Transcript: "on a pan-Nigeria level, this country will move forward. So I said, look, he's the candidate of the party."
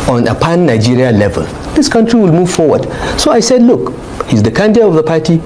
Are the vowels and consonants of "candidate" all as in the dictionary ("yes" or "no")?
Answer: no